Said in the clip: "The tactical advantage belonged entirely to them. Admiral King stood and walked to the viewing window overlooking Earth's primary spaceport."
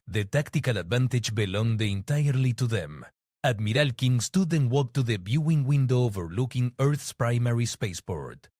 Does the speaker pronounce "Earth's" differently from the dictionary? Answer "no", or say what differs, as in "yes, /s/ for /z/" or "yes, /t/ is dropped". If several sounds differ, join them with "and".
no